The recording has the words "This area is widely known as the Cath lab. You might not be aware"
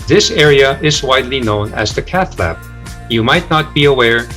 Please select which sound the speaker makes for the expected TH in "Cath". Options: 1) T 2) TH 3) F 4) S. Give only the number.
2